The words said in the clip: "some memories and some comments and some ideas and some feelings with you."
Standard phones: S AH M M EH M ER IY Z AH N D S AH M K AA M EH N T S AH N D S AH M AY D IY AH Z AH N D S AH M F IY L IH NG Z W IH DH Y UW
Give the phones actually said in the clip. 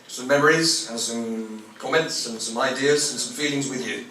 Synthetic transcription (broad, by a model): S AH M M EH M ER IY Z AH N S AH M K AA M EH N T S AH N S AH M AY D IY AH Z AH N S AH M F IY L IH NG Z W IH DH Y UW